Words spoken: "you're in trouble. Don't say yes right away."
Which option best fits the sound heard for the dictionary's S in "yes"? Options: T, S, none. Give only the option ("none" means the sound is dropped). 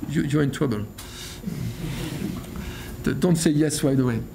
S